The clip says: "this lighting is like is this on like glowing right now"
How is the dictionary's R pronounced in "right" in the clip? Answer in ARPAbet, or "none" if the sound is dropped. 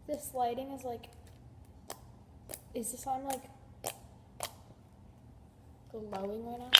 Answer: W